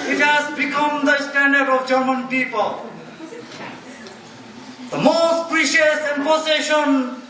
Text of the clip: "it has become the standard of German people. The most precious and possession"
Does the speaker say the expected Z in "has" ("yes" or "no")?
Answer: no